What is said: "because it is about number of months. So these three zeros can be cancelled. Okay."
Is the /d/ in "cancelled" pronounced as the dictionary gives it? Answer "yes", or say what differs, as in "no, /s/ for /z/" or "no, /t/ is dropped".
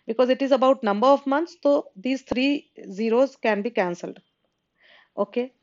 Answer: yes